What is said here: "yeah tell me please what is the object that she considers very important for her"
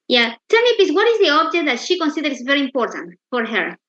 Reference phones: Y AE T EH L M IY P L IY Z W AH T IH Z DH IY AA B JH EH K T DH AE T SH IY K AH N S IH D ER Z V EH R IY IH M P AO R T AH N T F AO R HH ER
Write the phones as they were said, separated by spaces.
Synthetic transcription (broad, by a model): Y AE T EH L M IY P IY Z W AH T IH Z DH IY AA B JH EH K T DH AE T SH IY K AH N S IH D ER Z V EH R IY IH M P AO R T AH N T F AO R HH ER